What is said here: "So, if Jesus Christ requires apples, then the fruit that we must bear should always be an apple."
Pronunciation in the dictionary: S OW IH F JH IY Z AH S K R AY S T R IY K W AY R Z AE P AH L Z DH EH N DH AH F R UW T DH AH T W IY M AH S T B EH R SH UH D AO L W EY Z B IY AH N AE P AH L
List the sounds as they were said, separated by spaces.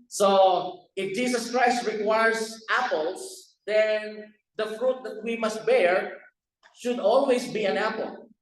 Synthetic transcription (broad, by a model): S OW IH F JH IY S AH S K R AY S T R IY K W AY R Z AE P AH L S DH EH N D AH F R UW T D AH T W IY M AH S T B EH R SH UH D AO L W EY S B IY AH N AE P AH L